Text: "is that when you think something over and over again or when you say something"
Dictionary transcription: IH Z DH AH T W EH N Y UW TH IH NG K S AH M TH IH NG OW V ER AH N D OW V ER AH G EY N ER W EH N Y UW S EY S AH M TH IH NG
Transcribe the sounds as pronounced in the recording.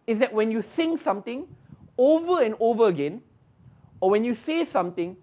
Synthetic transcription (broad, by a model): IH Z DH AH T W EH N Y UW S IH NG S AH M T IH NG OW V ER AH N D OW V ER AH G EY N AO W EH N Y UW S EY S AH M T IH NG